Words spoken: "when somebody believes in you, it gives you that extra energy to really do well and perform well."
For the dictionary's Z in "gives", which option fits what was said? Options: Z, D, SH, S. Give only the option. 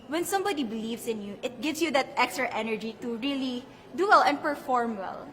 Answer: S